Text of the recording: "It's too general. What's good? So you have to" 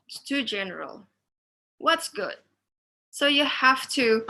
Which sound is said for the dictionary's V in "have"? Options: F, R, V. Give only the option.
F